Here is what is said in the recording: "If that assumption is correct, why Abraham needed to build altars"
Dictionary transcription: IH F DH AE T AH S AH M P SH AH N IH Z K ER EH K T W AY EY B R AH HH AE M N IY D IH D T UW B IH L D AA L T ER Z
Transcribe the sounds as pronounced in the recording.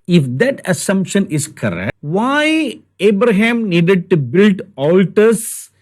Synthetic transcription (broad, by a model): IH F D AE T AH S AH M P SH AH N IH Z K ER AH T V AY EY B R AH HH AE M N IY D IH D T UW B IH L D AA L T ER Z